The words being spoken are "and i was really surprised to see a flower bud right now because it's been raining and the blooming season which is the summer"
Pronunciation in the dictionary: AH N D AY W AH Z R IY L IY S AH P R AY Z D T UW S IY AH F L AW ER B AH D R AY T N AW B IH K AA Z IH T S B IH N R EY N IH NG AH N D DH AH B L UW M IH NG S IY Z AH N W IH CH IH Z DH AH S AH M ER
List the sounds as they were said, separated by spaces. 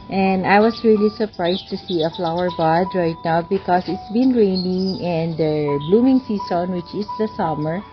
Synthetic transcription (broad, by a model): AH N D AY W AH S R IY L IY S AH P R AY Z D T UW S IY AH F L AW ER B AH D R AY T N AW B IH K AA S IH T S B IH N R EY N IH NG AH N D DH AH B L UW M IH NG S IY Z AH N W IH CH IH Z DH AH S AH M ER